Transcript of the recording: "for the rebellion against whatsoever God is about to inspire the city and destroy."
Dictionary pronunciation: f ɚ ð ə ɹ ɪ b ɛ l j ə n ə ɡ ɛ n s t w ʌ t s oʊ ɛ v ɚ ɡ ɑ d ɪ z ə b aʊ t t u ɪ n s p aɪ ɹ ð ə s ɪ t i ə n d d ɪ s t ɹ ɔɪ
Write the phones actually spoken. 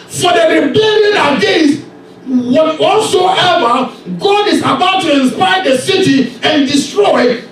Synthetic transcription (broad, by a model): f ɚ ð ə ɹ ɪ b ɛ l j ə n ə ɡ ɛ s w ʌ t s oʊ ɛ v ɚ ɡ ɑ d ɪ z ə b aʊ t t u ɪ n s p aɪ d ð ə s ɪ t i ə n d d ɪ s t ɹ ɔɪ